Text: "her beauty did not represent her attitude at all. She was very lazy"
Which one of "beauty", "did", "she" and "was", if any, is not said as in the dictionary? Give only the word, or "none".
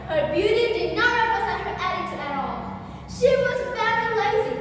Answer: none